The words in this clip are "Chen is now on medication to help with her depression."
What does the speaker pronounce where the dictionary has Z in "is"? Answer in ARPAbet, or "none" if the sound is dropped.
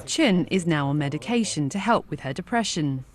Z